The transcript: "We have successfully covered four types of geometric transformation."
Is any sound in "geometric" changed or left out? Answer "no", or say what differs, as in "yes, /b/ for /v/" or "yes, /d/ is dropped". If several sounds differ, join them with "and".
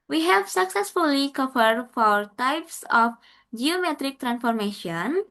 no